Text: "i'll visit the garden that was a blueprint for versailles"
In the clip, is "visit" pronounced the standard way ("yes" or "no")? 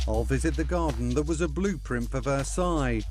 yes